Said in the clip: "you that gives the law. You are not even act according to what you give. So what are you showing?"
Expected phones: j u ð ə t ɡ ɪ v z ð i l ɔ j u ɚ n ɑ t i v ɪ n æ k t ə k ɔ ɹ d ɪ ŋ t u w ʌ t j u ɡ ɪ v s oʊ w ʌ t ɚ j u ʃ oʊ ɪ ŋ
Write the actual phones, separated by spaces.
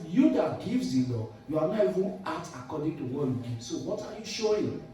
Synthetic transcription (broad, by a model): j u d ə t ɡ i v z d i l ɔ j u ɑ n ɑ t i v ɪ n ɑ t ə k ɔ d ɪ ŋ t u w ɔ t j u ɡ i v s oʊ w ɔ t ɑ j u ʃ oʊ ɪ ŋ